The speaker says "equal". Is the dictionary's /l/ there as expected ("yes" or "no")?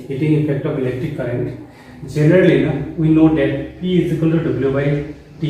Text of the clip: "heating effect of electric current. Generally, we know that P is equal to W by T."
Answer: no